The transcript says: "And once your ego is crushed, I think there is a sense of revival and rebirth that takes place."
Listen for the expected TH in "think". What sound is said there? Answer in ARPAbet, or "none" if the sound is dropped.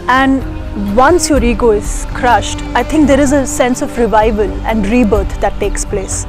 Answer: T